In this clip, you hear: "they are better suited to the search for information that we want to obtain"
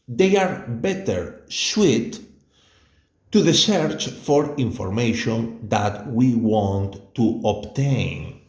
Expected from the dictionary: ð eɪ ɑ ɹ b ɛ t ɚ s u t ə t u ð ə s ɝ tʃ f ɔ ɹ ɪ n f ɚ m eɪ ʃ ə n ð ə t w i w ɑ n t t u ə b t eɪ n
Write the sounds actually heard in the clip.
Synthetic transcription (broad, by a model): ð eɪ ɑ ɹ b ɛ t ɚ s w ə t u ð ə s ɝ tʃ f ɔ ɹ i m f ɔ m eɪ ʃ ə n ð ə t w i w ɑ n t t u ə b t eɪ n